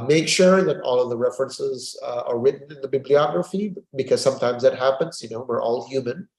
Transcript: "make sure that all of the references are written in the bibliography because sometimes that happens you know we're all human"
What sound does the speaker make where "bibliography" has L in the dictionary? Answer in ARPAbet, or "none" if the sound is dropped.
L